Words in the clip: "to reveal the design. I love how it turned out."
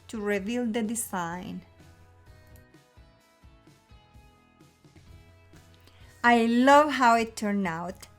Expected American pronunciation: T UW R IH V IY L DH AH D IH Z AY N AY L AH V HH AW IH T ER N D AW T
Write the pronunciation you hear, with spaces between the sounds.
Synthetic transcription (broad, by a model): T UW R IH V IY L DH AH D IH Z AY N AY L AH V HH AW IH T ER N AW T